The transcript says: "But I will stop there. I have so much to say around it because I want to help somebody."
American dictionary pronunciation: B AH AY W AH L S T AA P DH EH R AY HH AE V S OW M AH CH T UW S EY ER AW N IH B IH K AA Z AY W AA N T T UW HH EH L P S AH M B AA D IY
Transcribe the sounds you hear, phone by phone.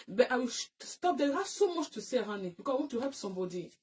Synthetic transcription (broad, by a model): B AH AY W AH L S T AA P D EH W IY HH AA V S OW M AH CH T UW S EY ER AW N IH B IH K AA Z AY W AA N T T UW HH EH L P S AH M B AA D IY